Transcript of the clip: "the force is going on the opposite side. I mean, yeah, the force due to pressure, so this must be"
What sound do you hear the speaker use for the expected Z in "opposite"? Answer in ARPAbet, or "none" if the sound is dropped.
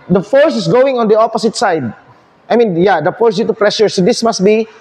S